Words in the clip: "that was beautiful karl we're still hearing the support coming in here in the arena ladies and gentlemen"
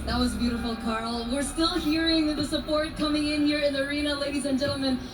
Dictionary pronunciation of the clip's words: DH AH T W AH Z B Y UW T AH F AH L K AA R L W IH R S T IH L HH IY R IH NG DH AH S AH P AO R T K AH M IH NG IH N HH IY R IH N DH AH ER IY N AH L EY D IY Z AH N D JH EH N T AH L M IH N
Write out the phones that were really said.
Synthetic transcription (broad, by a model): DH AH T W AH Z B Y UW T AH F L K AA R L W IH R S T IH L HH IY R IH NG DH AH S AH P AO R T K AH M IH NG IH N HH IY R IH N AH ER IY N AH L EY D IY Z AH N JH EH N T L M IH N